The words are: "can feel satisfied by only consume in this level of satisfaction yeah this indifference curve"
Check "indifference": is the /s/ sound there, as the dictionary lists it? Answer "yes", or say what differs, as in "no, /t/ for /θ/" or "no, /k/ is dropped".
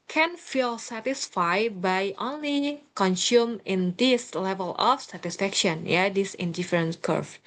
no, /s/ is dropped